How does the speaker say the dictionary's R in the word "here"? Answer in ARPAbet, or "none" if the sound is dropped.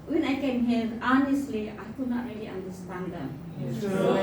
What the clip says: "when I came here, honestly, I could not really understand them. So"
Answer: L